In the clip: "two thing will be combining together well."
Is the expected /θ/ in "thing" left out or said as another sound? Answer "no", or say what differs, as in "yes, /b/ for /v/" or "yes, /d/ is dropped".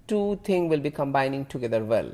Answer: yes, /t/ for /θ/